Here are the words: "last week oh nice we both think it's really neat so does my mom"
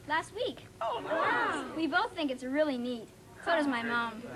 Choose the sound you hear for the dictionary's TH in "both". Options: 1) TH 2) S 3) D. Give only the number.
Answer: 1